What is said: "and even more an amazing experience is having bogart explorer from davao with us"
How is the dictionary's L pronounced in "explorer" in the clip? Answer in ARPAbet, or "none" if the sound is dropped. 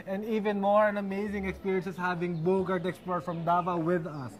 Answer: none